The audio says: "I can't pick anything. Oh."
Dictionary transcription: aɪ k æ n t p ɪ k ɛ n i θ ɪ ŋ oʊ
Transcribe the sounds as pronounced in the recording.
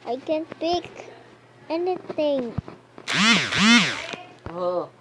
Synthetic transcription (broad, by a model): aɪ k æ n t p ɪ k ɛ n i t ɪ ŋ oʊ